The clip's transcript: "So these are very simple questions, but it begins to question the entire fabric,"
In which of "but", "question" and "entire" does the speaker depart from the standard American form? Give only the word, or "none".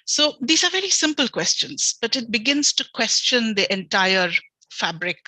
none